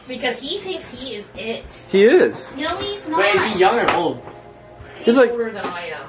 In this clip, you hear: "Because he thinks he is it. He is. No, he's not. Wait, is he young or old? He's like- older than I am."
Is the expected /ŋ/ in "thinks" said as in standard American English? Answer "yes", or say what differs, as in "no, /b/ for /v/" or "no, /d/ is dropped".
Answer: yes